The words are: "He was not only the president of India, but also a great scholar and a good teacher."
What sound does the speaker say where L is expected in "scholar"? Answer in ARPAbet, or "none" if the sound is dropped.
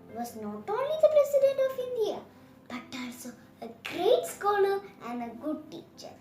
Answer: N